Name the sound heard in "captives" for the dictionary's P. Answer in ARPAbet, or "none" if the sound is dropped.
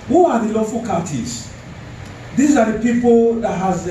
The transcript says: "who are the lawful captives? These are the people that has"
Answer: none